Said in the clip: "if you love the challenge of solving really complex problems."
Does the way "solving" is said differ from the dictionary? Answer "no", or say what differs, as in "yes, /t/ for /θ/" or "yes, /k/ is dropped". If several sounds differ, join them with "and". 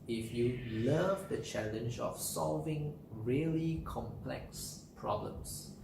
no